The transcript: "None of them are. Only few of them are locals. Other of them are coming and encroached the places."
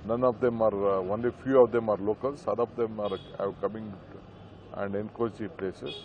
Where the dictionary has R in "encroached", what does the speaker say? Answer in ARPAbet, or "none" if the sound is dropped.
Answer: none